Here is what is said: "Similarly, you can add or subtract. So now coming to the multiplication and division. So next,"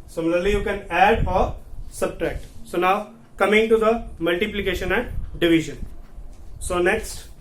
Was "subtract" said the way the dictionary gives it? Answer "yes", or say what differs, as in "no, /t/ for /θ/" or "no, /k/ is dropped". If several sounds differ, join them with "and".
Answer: yes